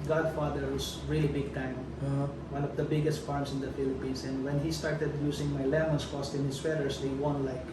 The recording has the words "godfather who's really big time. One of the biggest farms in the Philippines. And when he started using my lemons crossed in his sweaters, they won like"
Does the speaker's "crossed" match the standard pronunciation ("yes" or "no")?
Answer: no